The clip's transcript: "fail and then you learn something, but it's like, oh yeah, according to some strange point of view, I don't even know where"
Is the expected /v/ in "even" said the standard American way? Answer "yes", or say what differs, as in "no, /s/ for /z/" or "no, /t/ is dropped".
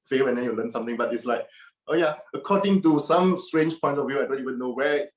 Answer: no, /w/ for /v/